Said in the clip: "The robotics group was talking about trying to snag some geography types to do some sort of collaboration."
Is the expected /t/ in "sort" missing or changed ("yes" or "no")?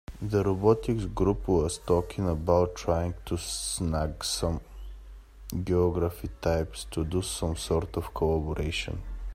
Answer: no